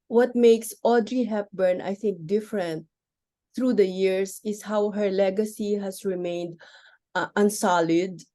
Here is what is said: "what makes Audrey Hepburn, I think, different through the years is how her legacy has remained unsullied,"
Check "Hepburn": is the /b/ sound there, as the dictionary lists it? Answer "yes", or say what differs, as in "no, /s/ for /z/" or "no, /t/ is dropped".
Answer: yes